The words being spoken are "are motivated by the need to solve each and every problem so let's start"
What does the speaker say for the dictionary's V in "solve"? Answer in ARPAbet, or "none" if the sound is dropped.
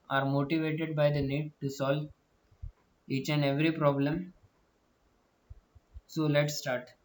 V